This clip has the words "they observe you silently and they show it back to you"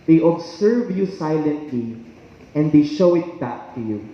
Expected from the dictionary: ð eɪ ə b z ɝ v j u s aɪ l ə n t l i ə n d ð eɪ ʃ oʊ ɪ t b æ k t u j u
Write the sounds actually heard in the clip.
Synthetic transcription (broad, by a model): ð eɪ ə b s ɝ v j u s aɪ l ə n t l i ə n d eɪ ʃ oʊ ɪ t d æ t u j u